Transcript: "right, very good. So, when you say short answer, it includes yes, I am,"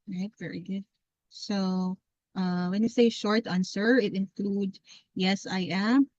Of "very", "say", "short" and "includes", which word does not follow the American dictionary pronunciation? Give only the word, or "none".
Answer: includes